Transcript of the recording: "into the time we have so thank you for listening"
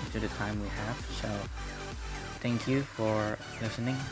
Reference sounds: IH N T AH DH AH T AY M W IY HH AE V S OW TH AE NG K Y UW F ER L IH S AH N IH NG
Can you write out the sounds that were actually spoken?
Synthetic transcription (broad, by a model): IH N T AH DH AH T AY M W IY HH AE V S OW TH AE NG K Y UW F ER L IH S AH N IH NG